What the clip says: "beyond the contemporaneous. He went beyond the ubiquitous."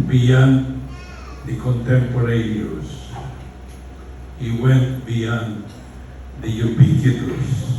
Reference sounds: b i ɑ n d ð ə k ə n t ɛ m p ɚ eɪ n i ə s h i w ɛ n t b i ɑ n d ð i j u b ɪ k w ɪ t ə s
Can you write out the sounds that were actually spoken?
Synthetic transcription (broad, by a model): b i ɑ n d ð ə k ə n t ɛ m p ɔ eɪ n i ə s h i w ɛ n t b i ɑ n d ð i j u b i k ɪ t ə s